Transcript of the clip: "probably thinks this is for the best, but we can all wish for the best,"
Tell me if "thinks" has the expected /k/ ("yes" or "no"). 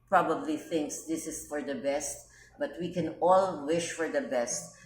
yes